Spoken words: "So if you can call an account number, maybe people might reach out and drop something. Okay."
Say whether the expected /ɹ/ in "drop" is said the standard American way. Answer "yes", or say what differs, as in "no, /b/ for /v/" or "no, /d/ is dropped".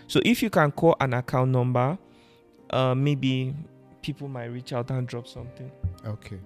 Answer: yes